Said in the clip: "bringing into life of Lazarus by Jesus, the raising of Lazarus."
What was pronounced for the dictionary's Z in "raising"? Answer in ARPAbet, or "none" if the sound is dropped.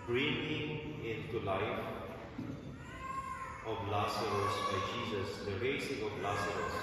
S